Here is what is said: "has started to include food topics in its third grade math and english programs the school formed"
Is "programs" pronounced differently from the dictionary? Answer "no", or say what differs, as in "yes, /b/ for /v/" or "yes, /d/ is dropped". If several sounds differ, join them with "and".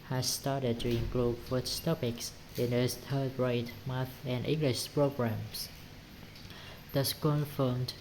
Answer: yes, /s/ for /z/